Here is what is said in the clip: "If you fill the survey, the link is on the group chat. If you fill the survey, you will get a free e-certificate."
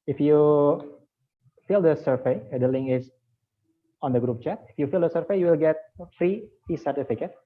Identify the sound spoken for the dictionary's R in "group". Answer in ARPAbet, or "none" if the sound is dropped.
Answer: R